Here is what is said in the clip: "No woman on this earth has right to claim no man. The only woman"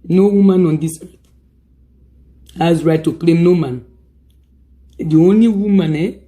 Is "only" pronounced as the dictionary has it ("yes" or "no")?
yes